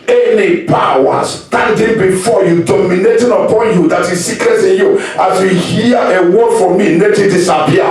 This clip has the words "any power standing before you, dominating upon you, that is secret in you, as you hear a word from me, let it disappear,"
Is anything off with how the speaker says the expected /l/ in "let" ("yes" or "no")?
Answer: yes